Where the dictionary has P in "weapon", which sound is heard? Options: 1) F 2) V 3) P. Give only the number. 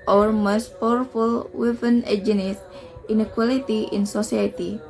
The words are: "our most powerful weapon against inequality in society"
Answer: 1